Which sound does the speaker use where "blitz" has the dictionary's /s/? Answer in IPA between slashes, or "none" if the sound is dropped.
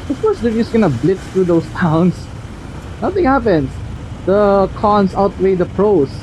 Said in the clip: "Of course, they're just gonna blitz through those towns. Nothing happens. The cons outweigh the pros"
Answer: none